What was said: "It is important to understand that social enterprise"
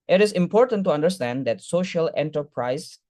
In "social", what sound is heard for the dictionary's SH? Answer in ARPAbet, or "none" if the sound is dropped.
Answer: SH